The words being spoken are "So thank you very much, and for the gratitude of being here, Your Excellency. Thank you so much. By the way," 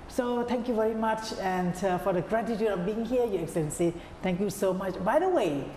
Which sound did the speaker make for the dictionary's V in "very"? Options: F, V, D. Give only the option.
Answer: V